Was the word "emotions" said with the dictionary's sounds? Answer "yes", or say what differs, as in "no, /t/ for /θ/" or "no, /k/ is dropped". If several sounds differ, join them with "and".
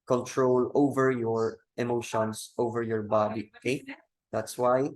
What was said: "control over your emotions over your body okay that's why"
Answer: no, /s/ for /z/